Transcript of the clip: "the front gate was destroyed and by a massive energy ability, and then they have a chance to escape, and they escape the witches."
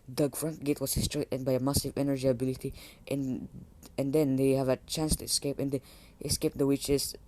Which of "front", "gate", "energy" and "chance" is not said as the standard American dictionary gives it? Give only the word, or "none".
none